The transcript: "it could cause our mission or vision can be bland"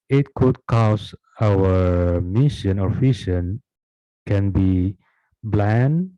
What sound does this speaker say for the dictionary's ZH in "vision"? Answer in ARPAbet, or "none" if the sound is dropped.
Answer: SH